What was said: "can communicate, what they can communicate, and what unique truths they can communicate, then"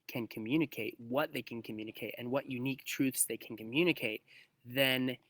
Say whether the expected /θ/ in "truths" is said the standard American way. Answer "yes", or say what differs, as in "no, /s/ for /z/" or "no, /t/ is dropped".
yes